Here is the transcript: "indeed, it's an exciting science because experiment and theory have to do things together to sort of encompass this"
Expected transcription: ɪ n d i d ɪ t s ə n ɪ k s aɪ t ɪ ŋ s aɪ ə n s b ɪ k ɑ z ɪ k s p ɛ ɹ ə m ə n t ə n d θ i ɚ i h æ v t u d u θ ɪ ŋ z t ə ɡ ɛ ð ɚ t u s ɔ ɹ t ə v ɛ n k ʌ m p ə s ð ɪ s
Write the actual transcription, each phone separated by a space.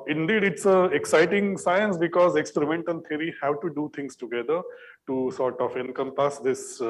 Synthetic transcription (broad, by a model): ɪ n d i d ɪ t s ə ɪ k s aɪ t ɪ ŋ s aɪ ə n s b ɪ k ɑ z ɪ k s p ɛ ɹ ə m ə n t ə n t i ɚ i h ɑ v t u d u t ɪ ŋ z t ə ɡ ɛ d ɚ t u s ɔ ɹ t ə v ɛ n k ʌ m p ə s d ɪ s